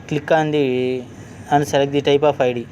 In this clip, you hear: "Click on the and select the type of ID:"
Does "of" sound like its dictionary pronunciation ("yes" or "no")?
no